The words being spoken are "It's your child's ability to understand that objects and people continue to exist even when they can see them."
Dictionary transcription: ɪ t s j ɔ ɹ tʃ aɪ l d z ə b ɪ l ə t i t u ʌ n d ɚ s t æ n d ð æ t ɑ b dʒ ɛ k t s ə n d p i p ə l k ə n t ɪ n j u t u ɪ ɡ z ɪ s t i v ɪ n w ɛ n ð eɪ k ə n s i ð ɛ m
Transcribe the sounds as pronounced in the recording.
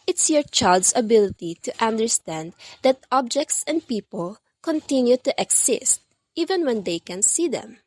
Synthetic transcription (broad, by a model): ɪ t s j ɔ ɹ tʃ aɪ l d s ə b ɪ l ə t i t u ʌ n d ɚ s t æ n d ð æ t ɑ b dʒ ɛ k t s ə n d p i p ə l k ə n t ɪ n j u t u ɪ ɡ s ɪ s t i v ɪ n w ɛ n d eɪ k ə n s i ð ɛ m